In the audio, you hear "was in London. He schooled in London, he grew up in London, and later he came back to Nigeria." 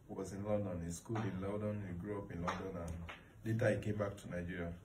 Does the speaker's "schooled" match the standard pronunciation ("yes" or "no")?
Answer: no